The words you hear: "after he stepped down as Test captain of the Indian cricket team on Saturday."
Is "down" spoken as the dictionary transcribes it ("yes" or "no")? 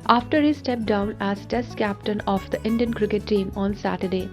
yes